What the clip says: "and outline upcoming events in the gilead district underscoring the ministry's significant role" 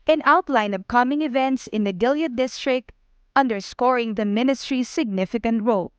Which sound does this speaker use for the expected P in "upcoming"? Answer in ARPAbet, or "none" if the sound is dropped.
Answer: B